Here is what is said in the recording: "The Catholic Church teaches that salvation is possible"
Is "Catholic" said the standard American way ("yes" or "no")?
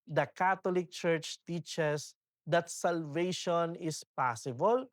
no